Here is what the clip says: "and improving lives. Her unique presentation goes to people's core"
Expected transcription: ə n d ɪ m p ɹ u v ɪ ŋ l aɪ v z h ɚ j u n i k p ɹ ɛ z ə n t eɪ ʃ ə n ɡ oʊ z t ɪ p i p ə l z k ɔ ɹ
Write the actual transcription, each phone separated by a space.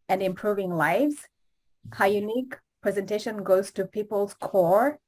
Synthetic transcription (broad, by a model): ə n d ɪ m p ɹ u v ɪ ŋ l aɪ v z h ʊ j u n i k p ɹ ɛ z ə n t eɪ ʃ ə n ɡ oʊ z t ɪ p i p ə l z k ɔ ɹ